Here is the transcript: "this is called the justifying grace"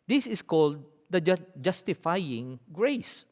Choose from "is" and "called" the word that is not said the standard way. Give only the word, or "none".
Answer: is